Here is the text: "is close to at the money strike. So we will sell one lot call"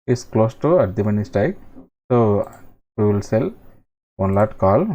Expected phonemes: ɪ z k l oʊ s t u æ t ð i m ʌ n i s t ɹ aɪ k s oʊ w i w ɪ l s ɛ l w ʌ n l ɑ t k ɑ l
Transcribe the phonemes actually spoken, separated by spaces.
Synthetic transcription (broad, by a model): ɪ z k l oʊ s t u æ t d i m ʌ n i s t aɪ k s oʊ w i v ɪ l s ɛ l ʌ n l ɑ t k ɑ l